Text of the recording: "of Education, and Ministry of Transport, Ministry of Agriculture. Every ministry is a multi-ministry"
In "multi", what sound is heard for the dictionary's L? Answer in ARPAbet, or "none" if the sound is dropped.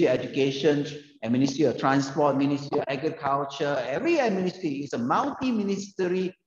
W